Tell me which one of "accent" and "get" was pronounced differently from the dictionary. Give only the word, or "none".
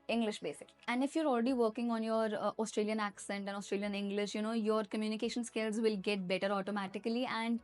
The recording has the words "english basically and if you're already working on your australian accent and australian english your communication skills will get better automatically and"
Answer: none